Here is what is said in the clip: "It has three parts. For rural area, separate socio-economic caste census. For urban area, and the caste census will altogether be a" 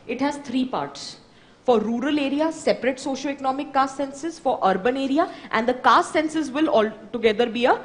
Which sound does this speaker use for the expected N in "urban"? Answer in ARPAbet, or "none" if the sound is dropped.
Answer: N